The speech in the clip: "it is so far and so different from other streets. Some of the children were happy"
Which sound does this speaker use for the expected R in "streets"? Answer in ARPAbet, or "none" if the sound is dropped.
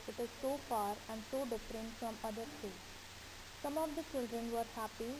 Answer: none